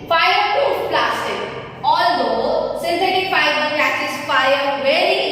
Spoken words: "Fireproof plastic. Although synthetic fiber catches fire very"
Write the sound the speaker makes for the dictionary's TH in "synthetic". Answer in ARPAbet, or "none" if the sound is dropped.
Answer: S